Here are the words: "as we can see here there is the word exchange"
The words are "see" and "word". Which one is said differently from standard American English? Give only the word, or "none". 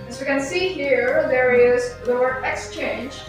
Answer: word